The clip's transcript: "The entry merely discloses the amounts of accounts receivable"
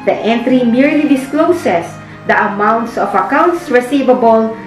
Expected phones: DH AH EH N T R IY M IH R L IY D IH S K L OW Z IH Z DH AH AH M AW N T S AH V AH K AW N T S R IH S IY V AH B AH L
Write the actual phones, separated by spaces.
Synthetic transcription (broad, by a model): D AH EH N T R IY M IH R L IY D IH S K L OW S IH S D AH AH M AW N T S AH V AH K AW N T S R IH S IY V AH B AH L